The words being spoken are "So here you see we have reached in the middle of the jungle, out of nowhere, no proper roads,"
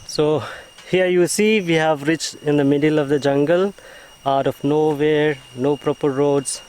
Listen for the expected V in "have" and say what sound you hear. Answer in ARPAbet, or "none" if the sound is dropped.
V